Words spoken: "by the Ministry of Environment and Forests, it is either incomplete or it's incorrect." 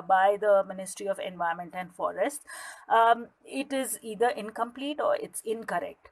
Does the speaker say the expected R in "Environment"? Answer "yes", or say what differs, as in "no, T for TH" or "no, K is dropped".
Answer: no, R is dropped